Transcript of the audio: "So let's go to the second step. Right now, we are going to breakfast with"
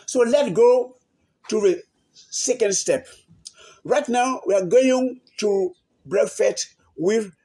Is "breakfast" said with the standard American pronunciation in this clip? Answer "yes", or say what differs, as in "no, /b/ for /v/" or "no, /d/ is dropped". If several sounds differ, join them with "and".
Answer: no, /s/ is dropped